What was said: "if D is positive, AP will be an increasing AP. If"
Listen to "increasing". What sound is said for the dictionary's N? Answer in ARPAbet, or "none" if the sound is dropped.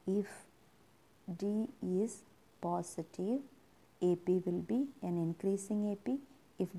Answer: N